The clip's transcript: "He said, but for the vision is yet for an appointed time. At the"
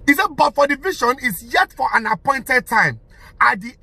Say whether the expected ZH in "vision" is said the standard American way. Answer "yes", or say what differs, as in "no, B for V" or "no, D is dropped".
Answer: no, SH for ZH